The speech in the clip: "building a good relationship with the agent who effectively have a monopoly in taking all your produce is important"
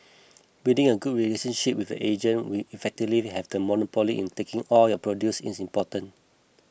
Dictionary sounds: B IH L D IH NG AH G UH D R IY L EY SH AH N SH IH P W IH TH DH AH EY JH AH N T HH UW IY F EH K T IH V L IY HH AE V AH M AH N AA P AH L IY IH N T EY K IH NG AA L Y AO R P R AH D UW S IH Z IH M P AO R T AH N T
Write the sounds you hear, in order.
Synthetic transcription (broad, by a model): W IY D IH NG AH G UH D R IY L EY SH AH N SH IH P W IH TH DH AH EY JH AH N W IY IY F EH K T IH V L IY HH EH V AH M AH N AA P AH L IY IH N T EY K IH NG AA L Y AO P R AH D UW S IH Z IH M P AO T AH N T